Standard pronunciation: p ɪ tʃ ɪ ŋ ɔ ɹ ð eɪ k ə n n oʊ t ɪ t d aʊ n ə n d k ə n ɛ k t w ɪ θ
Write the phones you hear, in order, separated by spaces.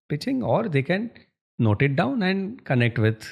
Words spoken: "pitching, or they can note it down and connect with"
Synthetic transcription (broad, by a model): p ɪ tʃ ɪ ŋ ɔ ɹ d eɪ k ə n n oʊ t ɪ t d aʊ n ə n d k ə n ɛ k t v ɪ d